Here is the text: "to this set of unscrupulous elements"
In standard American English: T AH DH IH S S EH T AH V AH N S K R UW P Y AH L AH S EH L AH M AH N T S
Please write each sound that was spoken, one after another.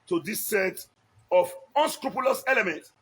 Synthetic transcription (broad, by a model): T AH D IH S S EH T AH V AH N S K R UW P Y AH L AH S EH L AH M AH N T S